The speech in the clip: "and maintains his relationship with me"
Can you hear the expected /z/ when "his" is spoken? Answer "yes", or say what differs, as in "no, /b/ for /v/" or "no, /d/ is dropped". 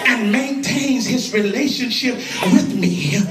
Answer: yes